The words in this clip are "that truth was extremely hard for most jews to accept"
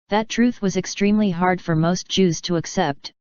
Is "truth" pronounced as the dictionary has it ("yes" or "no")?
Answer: yes